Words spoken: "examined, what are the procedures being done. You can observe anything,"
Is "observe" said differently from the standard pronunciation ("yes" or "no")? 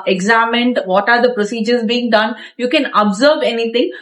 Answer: no